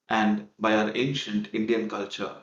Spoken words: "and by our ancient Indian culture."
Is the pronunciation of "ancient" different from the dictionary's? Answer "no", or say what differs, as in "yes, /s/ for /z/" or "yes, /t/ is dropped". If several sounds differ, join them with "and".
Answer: no